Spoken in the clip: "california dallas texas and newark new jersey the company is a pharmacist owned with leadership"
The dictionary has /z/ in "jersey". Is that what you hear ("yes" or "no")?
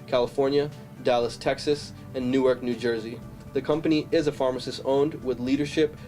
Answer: yes